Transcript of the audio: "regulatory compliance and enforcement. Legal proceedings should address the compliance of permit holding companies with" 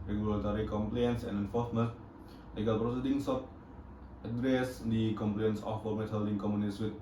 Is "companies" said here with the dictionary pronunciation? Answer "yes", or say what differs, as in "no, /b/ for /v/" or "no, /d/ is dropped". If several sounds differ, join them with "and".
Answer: no, /p/ is dropped and /s/ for /z/